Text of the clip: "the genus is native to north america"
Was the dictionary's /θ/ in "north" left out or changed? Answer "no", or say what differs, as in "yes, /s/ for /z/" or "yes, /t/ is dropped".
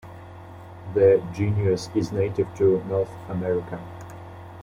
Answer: no